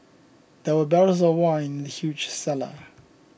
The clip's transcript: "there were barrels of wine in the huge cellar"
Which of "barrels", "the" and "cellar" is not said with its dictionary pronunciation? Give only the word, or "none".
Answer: barrels